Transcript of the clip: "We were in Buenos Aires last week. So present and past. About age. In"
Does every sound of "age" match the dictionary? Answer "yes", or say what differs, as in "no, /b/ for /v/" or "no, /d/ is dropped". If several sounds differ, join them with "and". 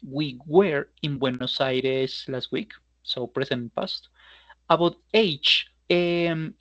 no, /tʃ/ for /dʒ/